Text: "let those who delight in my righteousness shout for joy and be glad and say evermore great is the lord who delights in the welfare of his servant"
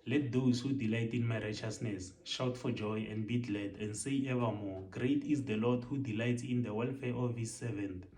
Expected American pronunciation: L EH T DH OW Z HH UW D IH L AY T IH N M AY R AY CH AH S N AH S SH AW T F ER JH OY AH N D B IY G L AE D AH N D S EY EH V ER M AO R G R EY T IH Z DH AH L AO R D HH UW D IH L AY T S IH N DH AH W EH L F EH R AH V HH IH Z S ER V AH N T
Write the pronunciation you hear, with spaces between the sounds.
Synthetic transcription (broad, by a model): L EH T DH OW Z HH UW D IH L AY T IH N M AY R AY CH AH S N AH S SH AW T F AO JH OY AH N D B IY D L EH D AH N D S EY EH V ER M AO G R EY T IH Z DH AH L AO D HH UW D IH L AY T S IH N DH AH W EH L F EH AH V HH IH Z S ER V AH N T